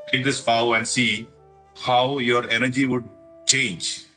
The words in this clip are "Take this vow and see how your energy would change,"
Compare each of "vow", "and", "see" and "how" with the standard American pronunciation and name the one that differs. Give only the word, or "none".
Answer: vow